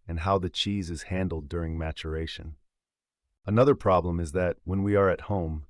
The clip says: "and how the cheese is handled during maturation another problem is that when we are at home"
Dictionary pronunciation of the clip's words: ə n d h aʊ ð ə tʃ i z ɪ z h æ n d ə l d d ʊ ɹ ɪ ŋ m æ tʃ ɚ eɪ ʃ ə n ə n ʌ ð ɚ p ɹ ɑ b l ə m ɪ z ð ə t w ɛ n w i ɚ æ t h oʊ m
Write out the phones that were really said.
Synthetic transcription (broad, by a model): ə n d h aʊ ð ə tʃ i z ɪ z h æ n d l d d ʊ ɹ ɪ ŋ m æ tʃ ɚ eɪ ʃ ə n ə n ʌ ð ɚ p ɹ ɑ b l ə m ɪ z ð ə t w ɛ n w i ɚ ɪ t h oʊ m